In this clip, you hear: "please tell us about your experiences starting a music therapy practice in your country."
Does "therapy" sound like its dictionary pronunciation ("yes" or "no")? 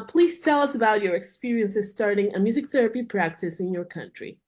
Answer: yes